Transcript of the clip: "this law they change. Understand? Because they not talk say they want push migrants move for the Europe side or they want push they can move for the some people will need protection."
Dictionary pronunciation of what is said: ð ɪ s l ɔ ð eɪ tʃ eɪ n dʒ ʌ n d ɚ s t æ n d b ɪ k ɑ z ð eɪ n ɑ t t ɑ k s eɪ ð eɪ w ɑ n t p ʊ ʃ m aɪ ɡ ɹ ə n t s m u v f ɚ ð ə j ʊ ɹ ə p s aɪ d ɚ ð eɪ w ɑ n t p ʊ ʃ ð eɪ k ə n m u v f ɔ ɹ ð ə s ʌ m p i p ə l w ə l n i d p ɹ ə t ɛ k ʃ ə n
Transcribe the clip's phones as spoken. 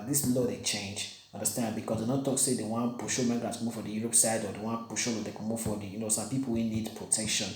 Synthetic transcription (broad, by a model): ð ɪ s l ɔ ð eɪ tʃ eɪ n dʒ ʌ n d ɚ s t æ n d b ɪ k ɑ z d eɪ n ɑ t t ɑ k s eɪ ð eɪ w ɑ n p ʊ ʃ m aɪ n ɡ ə t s m u v f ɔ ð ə j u ɹ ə p s aɪ d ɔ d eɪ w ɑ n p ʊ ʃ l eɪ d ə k m u v f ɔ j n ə s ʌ m p i p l w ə n i d p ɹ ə t ɛ k ʃ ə n